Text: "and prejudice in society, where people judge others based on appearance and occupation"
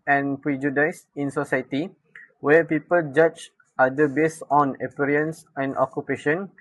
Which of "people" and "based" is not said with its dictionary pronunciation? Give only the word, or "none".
based